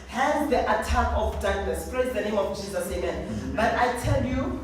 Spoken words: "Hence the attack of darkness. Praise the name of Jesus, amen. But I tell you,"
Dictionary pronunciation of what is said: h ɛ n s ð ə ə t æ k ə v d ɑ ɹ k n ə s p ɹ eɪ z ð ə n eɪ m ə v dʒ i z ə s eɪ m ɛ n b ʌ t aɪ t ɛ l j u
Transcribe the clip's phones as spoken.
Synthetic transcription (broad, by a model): h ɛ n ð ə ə t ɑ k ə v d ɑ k l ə s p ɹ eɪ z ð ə n eɪ m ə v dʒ i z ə s eɪ m ɛ n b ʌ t aɪ t ɛ l j u